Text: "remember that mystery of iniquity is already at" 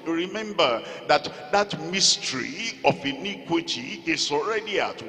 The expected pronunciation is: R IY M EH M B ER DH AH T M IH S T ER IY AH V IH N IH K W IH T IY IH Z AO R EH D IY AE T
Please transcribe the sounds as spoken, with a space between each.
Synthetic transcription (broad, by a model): R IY M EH M B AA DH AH T M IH S T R IY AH F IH N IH K W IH T IY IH S AO R EH D IY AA T